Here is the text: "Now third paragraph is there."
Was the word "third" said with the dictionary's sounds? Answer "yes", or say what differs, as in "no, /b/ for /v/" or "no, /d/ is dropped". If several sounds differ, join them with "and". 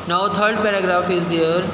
no, /t/ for /θ/